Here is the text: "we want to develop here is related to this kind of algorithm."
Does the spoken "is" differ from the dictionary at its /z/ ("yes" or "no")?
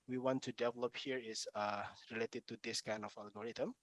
yes